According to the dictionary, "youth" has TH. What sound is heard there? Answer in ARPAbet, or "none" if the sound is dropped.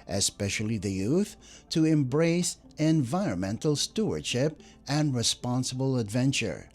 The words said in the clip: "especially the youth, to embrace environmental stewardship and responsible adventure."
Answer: TH